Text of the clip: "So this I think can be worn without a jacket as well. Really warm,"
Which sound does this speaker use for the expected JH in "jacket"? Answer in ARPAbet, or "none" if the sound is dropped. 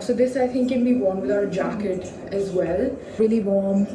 JH